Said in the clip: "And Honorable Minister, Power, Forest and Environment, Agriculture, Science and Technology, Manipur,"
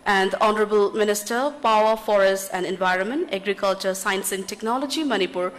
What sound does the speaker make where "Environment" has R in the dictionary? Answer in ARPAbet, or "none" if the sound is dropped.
R